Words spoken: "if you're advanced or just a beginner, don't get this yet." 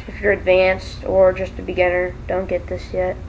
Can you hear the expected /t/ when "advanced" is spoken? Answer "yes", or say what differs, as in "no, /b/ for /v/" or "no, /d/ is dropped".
yes